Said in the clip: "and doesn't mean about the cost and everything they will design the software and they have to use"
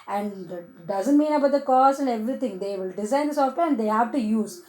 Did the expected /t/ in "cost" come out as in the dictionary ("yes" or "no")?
no